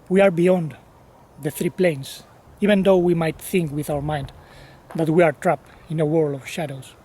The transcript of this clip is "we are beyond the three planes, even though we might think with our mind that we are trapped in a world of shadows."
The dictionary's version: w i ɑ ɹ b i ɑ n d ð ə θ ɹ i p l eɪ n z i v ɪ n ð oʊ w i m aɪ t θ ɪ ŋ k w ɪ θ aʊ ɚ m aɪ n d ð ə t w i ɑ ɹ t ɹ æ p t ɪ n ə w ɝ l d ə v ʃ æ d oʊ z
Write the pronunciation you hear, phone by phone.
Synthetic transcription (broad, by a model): w i ɑ ɹ b i ɑ n d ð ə θ ɹ i p l eɪ n s i v ɪ n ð oʊ w i m aɪ t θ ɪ ŋ k w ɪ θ aʊ ɚ m aɪ n d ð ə t w i ɑ ɹ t ɹ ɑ p ɪ n ə w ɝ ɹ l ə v ʃ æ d oʊ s